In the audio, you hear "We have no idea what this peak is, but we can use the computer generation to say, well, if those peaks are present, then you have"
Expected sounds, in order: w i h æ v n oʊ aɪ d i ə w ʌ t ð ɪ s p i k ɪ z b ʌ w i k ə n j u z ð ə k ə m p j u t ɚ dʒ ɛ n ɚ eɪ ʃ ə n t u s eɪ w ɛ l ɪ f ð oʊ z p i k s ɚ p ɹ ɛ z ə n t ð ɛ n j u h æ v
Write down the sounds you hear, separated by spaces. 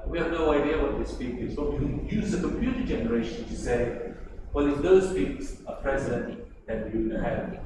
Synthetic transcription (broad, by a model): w i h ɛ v n oʊ aɪ d i ə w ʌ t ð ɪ s p i k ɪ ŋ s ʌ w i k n j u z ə k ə m p j u t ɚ dʒ ɛ n ɚ eɪ ʃ ə n t u s eɪ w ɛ n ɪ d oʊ s p i k s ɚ p ɹ ɛ z ə n t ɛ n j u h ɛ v